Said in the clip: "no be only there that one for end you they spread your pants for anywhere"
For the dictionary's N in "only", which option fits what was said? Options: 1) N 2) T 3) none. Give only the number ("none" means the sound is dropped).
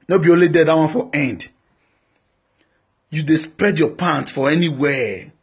3